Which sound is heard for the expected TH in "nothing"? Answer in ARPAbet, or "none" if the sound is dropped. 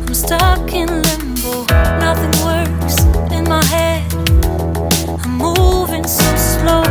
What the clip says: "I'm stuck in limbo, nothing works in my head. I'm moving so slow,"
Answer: TH